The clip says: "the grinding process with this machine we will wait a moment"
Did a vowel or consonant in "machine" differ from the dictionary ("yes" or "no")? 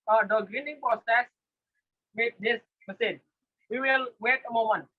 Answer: yes